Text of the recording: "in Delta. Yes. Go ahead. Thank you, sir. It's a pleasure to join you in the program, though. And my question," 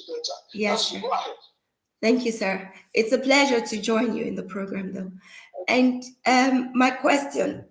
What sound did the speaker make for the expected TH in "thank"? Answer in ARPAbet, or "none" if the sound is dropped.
TH